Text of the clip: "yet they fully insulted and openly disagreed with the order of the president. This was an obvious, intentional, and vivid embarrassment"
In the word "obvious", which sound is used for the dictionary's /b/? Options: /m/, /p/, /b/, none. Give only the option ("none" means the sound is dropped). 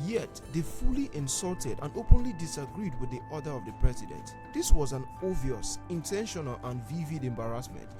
none